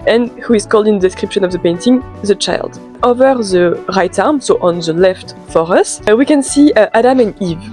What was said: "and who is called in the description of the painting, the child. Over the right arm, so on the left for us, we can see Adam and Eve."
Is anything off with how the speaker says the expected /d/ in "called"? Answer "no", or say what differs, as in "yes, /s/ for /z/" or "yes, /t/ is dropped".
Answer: no